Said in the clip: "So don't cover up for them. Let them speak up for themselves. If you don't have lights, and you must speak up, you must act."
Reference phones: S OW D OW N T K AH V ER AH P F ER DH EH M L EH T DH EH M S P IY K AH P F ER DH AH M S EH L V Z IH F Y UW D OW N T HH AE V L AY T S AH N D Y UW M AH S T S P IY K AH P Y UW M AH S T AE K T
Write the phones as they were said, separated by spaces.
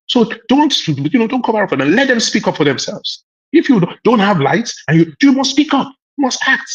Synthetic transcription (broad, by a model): S OW D OW N T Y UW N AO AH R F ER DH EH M L EH T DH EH M S P IY K AH P F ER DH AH M S EH L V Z IH F Y UW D OW N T HH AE V L AY T S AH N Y Y UW M AH S T S P IY K AH P Y UW M AH S T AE K T